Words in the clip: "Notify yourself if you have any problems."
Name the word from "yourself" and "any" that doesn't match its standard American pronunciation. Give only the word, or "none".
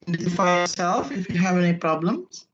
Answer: none